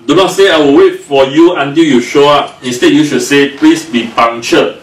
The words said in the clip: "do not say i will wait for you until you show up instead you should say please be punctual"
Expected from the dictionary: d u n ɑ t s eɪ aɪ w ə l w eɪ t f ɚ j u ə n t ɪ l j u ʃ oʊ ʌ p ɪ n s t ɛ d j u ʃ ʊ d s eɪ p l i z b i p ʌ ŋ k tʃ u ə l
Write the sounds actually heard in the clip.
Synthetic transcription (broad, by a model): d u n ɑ s eɪ aɪ w ə l w eɪ t f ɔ j u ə n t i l j u ʃ oʊ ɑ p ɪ s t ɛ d j u ʃ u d s eɪ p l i s b i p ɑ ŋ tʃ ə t